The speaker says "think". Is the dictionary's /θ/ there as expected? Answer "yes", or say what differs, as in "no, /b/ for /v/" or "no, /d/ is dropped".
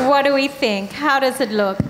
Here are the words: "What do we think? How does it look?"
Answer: yes